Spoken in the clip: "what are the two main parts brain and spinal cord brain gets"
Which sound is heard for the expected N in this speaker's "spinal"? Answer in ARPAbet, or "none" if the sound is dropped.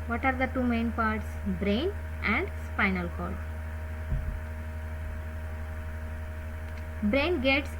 N